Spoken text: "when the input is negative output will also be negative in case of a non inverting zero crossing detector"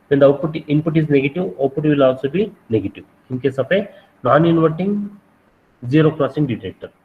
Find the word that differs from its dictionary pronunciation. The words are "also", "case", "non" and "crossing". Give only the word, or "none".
none